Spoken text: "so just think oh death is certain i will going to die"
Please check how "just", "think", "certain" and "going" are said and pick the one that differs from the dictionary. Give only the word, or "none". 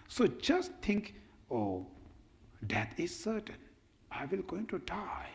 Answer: think